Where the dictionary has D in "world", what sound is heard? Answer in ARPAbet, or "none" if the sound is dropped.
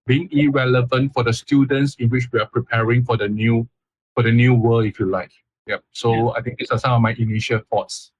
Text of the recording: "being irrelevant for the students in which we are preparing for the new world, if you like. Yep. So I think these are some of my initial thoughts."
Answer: none